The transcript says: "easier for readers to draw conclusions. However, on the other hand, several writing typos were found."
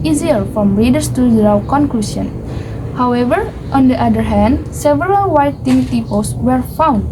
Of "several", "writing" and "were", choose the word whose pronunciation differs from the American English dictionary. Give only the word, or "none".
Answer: writing